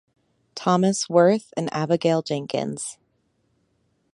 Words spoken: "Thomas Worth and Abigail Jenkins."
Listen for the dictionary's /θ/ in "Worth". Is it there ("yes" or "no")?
yes